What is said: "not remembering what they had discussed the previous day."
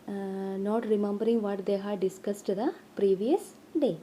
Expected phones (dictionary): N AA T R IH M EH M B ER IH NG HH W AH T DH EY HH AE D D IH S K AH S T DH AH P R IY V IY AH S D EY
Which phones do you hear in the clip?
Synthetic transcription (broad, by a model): N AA T R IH M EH M B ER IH NG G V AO T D EY HH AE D D IH S K AH S T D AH P R IY V IY AH S D EY